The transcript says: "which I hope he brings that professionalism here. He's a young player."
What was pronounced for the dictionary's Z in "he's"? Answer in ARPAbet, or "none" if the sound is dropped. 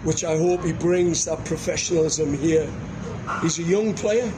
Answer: Z